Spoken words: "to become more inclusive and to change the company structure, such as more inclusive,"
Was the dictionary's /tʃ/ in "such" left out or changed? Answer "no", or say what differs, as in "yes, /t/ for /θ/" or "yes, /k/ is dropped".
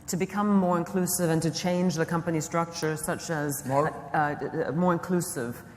no